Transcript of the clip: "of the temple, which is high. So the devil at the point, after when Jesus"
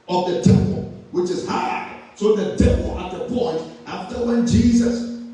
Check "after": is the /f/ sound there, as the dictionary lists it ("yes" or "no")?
yes